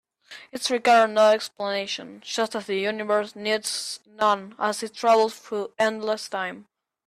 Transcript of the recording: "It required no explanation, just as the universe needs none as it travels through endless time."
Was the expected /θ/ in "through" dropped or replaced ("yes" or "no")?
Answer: yes